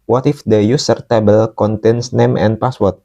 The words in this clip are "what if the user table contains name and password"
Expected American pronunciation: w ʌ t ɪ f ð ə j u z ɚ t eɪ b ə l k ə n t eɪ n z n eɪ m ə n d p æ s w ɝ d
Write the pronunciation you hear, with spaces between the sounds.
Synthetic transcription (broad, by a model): w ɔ t ɪ f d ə j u s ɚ t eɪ b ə l k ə n t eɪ n s n eɪ m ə n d p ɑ s w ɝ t